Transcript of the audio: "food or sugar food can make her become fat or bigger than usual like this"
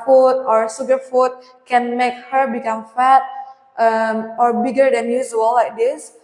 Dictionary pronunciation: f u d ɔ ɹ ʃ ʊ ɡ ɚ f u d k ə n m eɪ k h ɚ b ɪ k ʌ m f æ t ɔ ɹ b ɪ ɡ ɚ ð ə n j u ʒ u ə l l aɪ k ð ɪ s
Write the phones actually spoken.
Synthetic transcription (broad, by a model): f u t ɔ ɹ s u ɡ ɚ f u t k ə n m eɪ k h ɚ b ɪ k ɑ m f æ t ɔ ɹ b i ɡ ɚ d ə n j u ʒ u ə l l aɪ k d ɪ s